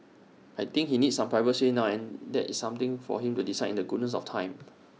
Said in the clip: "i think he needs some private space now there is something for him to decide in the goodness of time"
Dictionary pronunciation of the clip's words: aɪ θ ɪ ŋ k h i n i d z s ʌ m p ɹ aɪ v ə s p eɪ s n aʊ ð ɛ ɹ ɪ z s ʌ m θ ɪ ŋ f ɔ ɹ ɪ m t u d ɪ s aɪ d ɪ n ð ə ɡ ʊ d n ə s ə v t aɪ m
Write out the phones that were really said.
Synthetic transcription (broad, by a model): aɪ t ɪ ŋ k h i n i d s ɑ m p ɹ aɪ v ə s eɪ n aʊ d ɛ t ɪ s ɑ m t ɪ ŋ f ɔ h ɪ m t u d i s aɪ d ɪ n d ə ɡ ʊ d n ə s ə f t aɪ m